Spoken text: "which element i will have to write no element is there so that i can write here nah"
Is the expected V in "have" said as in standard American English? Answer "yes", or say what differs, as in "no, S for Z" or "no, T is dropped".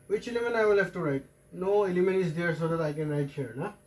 no, F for V